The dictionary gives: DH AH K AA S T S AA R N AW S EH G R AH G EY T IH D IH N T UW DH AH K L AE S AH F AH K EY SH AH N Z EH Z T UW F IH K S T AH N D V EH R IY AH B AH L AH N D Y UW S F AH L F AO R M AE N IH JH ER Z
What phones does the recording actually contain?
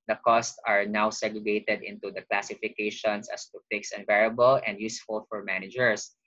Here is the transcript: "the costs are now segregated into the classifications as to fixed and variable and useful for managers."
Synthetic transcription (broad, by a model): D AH K AA S T S AA R N AW S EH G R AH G EY T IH D IH N T UW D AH K L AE S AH F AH K EY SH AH N S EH S T UW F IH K S AH N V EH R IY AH B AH L AH N D Y UW S F AH L F AO R M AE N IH JH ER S